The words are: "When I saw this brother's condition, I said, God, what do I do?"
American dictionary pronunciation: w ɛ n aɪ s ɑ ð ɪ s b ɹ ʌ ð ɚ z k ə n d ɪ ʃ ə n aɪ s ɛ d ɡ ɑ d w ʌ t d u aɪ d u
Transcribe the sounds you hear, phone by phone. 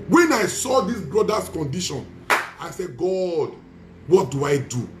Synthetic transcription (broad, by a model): w ɛ n aɪ s ɑ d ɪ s b ɹ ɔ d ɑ s k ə n d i ʃ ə n aɪ s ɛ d ɡ ɑ d w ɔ t d u aɪ d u